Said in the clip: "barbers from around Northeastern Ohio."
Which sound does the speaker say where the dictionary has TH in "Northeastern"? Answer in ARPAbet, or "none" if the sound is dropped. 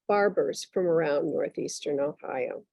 TH